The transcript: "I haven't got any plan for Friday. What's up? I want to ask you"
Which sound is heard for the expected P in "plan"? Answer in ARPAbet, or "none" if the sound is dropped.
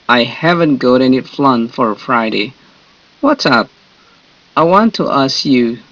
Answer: F